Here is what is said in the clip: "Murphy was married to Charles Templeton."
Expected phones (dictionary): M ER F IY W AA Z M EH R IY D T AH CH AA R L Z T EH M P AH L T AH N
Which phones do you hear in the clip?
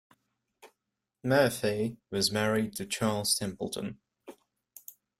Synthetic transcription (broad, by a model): M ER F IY W AA Z M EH R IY D T AH CH AA L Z T EH M P AH L T AH N